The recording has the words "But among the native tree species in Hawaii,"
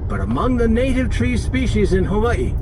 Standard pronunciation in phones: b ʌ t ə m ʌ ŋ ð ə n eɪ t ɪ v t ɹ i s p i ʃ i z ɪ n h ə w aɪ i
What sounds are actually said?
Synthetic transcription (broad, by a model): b ʌ t ə m ʌ ŋ ð ə n eɪ t ɪ v t ɹ i s p i ʃ i z ɪ n h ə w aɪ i